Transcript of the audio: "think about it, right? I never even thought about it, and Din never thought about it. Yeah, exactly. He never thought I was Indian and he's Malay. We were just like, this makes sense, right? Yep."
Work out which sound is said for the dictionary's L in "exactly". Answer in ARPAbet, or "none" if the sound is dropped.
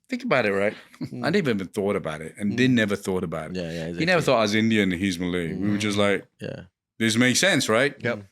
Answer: none